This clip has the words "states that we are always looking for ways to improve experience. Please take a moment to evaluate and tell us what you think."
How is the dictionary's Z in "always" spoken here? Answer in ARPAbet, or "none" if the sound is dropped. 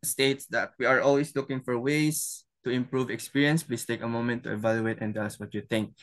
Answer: S